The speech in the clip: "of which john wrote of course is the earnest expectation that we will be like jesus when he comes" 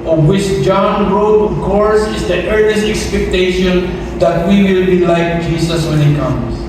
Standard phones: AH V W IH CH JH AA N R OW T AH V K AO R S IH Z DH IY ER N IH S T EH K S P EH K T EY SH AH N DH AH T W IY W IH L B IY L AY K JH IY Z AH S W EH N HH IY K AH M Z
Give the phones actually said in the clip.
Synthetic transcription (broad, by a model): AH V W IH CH JH AA N R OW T AH V K AO R S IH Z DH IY ER N IH S T EH K S P EH K T EY SH AH N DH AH T W IY W IH L B IY L AY K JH IY S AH S W EH N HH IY K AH M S